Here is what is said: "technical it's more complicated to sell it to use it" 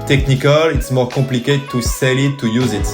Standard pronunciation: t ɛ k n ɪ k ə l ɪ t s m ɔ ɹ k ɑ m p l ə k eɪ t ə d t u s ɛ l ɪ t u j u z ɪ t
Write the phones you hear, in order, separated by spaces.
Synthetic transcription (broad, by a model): t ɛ k n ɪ k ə l ɪ t s m ɔ ɹ k ɑ p l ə k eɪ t t u s ɛ l ɪ t u j u z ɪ t